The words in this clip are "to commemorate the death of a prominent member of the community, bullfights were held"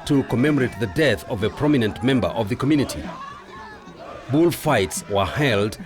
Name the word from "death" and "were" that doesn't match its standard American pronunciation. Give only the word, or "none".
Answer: none